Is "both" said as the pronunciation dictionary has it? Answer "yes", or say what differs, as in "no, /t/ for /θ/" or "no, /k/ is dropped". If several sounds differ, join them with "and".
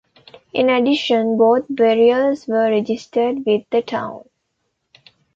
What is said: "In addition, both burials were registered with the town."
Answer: no, /t/ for /θ/